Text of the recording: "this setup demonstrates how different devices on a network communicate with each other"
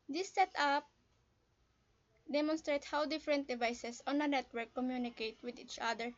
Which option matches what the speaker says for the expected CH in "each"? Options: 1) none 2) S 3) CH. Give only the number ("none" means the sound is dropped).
3